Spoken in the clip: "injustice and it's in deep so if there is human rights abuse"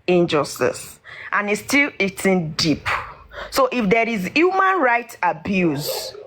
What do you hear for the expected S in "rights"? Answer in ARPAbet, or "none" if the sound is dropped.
none